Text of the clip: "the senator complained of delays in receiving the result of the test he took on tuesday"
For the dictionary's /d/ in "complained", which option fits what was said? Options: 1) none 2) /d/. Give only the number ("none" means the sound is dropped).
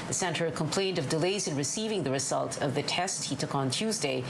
2